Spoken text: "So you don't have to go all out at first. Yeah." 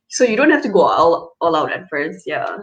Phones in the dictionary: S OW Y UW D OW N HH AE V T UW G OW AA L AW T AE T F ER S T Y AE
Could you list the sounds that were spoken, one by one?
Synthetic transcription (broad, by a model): S OW Y UW D OW N HH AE F T UW G OW AA L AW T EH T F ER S Y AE